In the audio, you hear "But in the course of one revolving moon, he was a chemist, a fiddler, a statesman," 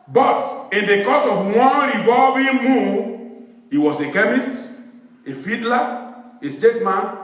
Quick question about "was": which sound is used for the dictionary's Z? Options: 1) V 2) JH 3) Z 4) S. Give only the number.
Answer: 4